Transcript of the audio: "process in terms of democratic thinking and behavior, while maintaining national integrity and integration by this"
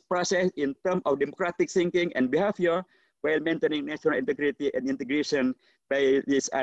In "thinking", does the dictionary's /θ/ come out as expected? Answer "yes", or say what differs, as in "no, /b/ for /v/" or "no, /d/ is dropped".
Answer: no, /s/ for /θ/